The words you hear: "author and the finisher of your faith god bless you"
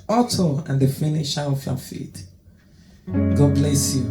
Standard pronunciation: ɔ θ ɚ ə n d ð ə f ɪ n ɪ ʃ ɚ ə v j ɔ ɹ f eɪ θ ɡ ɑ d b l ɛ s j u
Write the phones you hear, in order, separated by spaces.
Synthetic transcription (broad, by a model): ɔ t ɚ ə n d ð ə f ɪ n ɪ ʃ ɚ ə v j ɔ f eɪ t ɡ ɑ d b l ɛ s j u